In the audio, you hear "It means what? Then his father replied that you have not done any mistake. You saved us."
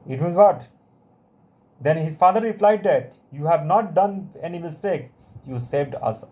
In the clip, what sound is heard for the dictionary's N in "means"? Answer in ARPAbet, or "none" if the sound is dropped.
none